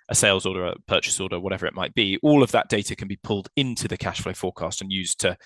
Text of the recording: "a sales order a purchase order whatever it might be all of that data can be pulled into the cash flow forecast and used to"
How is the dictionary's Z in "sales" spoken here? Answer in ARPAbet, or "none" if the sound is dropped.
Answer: Z